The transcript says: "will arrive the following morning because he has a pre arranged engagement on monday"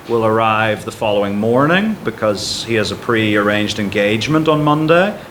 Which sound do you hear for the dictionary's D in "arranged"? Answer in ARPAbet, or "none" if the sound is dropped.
D